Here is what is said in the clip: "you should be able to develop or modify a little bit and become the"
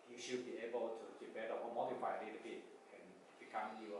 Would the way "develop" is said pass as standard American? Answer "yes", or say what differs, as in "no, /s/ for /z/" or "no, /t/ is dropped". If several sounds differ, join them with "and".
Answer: no, /b/ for /v/ and /p/ is dropped